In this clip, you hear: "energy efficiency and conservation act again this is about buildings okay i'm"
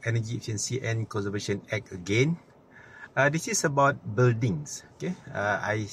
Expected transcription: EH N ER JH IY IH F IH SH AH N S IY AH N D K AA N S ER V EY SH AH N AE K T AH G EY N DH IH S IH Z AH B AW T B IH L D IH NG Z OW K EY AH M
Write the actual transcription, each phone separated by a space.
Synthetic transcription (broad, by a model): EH N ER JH IY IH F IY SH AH N S IY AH N K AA N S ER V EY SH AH N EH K AH G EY N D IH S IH S AH B AW T B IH L D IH NG S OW K EY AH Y